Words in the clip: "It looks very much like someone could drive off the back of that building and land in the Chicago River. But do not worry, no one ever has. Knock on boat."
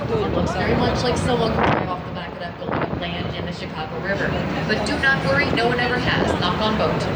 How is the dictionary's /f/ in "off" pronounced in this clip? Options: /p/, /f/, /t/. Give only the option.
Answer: /f/